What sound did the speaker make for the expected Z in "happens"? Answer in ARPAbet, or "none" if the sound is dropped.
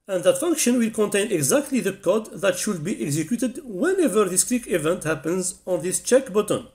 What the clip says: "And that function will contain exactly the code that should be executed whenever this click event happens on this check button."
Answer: Z